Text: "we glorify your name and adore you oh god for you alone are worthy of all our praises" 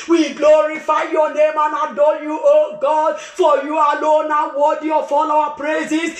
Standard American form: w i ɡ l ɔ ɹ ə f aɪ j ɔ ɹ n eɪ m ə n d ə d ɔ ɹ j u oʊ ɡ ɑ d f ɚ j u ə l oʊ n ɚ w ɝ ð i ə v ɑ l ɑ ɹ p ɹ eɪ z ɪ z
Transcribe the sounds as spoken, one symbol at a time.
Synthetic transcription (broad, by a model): w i ɡ l ɔ ɹ ə f aɪ j ɔ n eɪ m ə n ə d ɔ j u oʊ ɡ ɑ d f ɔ j u ə l oʊ n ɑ w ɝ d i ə f ɑ l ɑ w p ɹ eɪ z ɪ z